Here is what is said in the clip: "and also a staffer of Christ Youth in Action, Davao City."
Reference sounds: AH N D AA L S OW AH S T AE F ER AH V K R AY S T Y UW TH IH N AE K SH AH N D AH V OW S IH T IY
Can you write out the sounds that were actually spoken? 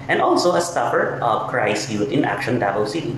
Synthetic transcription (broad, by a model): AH N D AA L S OW AH S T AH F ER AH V K R AY S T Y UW T IH N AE K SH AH N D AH B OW S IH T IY